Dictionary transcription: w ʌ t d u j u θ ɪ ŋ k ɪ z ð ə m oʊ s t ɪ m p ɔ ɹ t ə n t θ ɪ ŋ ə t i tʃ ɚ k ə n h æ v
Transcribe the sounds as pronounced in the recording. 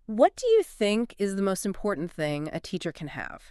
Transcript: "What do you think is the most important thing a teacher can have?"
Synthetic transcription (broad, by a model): w ʌ t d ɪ j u θ ɪ ŋ k ɪ z ð ə m oʊ s t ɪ m p ɔ ɹ t n θ ɪ ŋ ə t i tʃ ɚ k ə n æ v